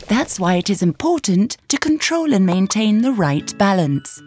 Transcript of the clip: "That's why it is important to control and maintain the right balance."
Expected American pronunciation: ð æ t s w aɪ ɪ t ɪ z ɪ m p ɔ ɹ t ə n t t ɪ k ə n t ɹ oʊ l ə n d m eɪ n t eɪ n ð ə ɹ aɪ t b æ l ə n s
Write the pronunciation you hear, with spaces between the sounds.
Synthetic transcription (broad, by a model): ð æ t s w aɪ ɪ t ɪ z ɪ m p ɔ ɹ t n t t ɪ k ə n t ɹ oʊ l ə n m eɪ n t eɪ n ð ə ɹ aɪ t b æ l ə n s